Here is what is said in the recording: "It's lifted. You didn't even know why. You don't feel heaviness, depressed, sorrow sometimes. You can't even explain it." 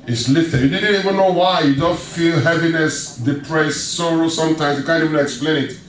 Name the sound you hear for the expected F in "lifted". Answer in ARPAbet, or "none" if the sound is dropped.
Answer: none